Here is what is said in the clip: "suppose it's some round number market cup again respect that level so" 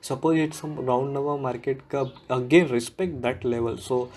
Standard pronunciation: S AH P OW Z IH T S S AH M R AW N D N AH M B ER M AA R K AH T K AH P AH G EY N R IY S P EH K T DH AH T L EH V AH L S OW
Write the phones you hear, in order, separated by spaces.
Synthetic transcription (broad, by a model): S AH P OW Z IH T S S AH M R AW N D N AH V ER M AA R K AH T K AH AH G EY N R IY S P EH K T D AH T L EH V AH L S OW